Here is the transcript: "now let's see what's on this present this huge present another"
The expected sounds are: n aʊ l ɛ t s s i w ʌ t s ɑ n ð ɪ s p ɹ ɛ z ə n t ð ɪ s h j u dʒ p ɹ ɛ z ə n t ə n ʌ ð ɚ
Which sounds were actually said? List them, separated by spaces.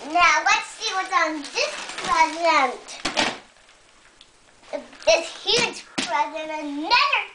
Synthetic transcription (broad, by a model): n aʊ w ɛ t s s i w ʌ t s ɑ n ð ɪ s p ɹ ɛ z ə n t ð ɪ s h j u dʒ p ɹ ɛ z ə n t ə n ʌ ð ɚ